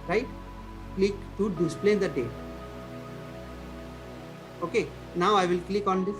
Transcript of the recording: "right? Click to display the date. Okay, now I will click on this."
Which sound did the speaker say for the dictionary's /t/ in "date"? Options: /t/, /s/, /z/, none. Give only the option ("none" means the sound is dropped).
none